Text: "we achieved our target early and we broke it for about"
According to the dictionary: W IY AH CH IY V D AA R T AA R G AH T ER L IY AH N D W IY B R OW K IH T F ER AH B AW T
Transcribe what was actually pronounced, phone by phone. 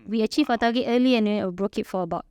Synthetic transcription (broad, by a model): W IY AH CH IY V AA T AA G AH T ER L IY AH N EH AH B R OW K IH T F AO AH B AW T